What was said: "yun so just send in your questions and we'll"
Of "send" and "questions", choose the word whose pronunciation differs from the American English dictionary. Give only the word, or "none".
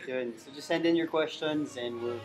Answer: none